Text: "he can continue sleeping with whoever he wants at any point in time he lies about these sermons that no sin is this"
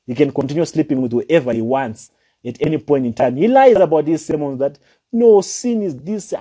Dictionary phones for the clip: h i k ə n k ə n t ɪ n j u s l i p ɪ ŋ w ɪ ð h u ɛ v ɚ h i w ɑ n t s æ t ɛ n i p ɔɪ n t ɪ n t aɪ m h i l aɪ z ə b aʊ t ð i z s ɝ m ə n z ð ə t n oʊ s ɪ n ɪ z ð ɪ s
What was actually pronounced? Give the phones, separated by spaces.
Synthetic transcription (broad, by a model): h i k ə n k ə n t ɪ n j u s l i p ɪ ŋ w ɪ ð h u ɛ v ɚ h i w ɑ n t s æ t ɛ n i p ɔɪ n t ɪ n t aɪ m h i l aɪ z ə b aʊ t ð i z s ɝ m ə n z ð ə t n oʊ s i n ɪ z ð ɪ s